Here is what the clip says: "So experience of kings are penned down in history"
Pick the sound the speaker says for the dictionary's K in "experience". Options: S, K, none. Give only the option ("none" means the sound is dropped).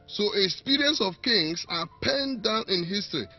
none